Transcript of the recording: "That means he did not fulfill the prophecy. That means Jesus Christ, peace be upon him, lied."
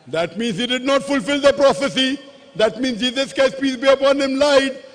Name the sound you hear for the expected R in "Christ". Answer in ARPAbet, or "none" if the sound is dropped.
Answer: none